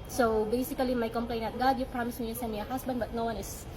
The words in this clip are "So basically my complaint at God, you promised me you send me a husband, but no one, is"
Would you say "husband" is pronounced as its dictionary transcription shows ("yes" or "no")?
no